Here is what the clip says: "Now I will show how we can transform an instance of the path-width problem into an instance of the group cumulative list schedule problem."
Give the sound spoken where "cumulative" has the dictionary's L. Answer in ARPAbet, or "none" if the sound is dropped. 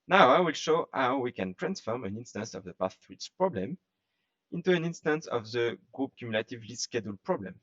L